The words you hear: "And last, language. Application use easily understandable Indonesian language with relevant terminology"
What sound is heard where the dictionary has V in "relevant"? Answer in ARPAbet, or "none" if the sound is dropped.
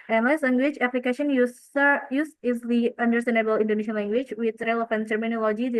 F